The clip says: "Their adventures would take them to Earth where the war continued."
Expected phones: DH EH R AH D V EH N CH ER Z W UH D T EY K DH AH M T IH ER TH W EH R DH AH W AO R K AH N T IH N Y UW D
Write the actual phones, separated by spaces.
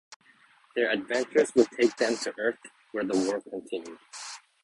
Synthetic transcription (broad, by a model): DH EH R AH D V EH N CH ER Z W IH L T EY K DH AH M T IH ER TH W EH R DH AH W AO R K AH N T IH N Y UW D